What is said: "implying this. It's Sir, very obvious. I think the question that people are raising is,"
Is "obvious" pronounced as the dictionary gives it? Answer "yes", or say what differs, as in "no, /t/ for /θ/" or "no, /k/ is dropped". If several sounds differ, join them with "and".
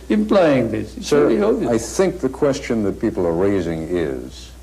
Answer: no, /s/ is dropped